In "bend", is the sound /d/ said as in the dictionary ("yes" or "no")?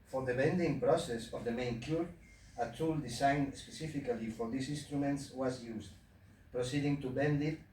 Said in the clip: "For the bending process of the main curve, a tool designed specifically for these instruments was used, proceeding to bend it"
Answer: yes